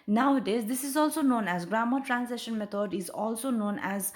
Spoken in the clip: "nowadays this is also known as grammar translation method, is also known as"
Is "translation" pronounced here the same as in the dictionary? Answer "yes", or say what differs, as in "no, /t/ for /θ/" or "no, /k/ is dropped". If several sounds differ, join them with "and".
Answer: no, /l/ is dropped